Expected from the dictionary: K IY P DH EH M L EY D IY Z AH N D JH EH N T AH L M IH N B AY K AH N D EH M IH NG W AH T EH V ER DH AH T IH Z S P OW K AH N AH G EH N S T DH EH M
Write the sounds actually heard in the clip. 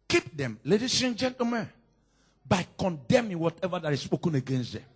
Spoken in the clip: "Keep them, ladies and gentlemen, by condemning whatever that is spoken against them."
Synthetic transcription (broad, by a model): K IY P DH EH M L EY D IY S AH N JH EH N T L M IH N B AY K AH N D EH M IH NG W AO T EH V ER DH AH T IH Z S P OW K AH N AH G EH N S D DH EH M